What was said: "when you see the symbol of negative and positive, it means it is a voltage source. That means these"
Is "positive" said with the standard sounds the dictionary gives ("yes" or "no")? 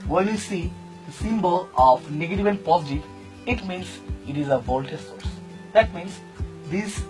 no